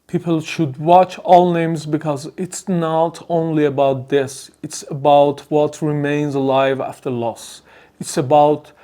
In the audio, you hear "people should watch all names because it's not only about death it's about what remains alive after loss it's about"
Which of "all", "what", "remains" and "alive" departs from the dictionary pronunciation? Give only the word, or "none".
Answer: none